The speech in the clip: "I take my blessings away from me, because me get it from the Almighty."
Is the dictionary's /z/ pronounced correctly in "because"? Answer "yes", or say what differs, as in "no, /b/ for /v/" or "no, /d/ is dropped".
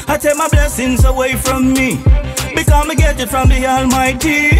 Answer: no, /z/ is dropped